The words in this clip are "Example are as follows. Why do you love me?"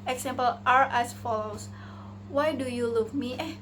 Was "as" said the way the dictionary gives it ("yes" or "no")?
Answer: no